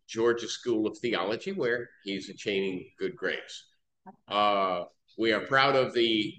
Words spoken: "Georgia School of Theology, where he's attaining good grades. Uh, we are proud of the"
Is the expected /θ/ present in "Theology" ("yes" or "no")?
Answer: yes